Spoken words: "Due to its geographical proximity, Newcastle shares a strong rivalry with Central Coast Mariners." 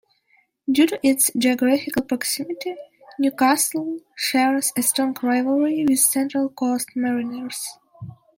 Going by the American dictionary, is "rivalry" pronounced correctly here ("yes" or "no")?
no